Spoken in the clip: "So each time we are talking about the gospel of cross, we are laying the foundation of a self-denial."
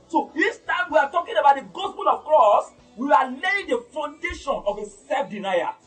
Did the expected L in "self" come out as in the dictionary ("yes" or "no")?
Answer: no